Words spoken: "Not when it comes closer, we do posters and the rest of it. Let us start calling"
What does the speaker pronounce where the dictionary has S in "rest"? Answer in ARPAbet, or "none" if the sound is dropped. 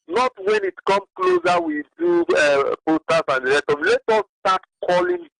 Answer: none